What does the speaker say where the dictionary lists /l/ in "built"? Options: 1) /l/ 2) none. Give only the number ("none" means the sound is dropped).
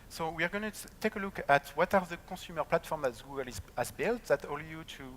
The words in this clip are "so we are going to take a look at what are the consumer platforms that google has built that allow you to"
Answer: 1